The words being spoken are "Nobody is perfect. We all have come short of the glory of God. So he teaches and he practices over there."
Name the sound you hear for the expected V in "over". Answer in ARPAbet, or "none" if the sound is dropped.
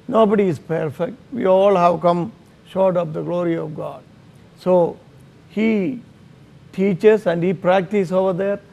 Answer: V